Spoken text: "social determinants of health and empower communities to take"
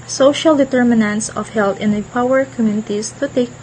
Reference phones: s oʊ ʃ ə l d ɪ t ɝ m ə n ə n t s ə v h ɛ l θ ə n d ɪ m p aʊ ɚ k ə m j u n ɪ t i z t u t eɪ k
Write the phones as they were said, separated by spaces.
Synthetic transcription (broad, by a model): s oʊ ʃ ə l d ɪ t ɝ m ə n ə n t s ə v h ɛ l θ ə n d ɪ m p aʊ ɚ k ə m j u n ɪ t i s t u t eɪ k